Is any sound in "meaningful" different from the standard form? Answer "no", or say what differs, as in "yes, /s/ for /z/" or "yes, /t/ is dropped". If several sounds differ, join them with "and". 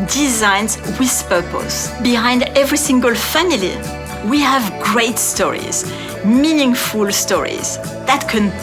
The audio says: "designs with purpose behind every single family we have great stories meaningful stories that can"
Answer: no